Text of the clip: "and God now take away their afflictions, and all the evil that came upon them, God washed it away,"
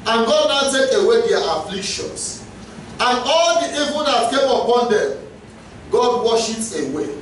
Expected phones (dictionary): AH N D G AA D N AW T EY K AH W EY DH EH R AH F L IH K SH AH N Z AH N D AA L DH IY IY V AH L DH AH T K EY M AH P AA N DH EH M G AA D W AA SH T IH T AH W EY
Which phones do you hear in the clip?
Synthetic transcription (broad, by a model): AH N G AA D N AW T EY K AH W EY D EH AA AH F L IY K SH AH N S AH N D AA L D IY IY V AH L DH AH T K EY M AH P AA N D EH M G AA D W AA SH IH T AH W EY